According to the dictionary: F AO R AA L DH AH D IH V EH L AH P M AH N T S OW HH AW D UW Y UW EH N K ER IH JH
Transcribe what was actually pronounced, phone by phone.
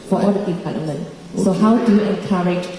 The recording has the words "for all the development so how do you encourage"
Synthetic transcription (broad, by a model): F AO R AA L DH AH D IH P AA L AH M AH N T S OW HH AW D UW Y UW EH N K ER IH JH